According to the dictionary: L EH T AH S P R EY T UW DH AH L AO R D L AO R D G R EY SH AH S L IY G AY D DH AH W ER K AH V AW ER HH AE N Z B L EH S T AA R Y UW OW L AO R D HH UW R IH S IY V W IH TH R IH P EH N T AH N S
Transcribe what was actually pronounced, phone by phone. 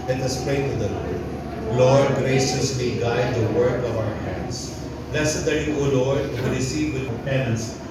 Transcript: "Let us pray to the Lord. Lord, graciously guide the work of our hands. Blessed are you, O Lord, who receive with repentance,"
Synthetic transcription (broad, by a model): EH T AH S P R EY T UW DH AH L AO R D L AO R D G R EY SH AH S L IY G AY D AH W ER K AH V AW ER HH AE N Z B L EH S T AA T Y UW OW L AO R D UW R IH S IY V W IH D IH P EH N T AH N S